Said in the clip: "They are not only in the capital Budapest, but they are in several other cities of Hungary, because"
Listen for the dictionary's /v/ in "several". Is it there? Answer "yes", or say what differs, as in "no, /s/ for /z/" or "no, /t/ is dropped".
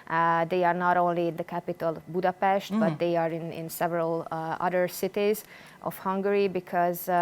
yes